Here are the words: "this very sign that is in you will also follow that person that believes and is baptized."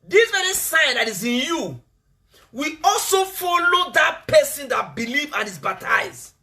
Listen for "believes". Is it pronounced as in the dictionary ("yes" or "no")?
no